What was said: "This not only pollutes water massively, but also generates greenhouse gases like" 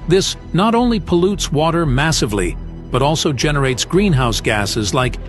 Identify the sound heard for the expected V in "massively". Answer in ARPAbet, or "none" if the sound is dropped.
V